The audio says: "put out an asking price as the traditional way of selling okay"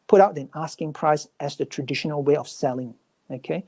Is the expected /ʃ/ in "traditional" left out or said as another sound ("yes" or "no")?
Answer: no